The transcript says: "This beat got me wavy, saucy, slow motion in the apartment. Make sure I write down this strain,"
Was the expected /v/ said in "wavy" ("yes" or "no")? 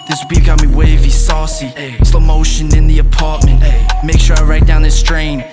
yes